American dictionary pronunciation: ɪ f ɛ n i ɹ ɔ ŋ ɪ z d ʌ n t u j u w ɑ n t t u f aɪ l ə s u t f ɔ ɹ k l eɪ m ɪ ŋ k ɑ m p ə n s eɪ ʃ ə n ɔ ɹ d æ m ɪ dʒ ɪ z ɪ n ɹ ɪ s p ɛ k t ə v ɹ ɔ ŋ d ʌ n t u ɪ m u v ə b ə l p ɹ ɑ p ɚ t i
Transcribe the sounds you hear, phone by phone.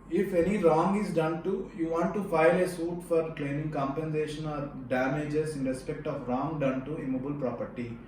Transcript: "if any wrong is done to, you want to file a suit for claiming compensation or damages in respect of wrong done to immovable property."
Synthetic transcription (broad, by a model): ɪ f ɛ n i ɹ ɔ ŋ ɪ z d ʌ n t u j u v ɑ n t t u f aɪ l ə s u t f ɔ ɹ k l eɪ m ɪ ŋ k ɑ m p ə n s eɪ ʃ ə n ɔ ɹ d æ m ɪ dʒ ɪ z ɪ n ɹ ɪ s p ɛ k t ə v ɹ ɔ ŋ d ʌ n t u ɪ m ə b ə l p ɹ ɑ p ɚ t i